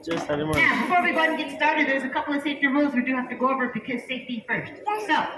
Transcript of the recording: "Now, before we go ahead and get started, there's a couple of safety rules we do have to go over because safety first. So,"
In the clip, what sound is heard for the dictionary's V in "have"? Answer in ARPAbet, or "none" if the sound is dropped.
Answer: F